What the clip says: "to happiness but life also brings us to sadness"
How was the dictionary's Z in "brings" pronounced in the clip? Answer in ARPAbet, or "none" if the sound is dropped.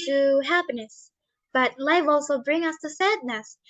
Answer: none